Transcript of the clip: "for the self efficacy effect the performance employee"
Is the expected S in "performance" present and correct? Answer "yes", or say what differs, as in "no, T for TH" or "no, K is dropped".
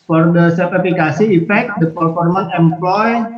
no, S is dropped